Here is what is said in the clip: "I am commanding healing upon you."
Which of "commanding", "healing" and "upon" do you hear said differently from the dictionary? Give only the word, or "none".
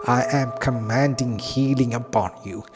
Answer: upon